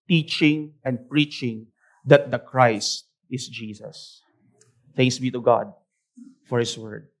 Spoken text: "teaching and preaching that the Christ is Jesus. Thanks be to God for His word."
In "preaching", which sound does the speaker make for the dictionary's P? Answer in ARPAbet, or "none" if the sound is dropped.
P